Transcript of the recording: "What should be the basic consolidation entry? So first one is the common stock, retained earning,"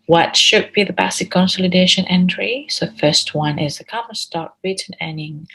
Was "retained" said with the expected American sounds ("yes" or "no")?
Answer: no